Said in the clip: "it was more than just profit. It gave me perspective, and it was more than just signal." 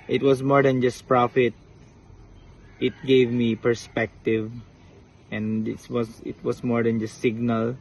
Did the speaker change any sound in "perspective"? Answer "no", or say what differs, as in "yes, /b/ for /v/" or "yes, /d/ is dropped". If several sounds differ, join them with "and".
no